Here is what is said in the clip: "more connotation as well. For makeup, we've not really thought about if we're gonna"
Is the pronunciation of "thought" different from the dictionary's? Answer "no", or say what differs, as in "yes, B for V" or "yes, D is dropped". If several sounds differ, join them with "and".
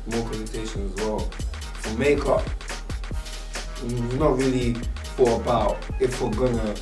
yes, F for TH and T is dropped